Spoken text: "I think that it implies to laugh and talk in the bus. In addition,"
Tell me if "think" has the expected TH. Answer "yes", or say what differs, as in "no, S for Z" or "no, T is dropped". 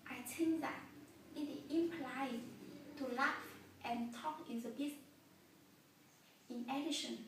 no, T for TH